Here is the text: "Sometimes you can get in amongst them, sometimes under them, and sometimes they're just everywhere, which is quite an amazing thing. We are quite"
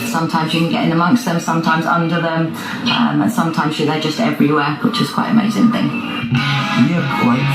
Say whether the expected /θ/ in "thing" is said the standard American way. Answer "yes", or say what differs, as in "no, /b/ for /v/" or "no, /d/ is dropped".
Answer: yes